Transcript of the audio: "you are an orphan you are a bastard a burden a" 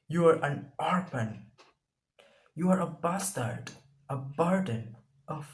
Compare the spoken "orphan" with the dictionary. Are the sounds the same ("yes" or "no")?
no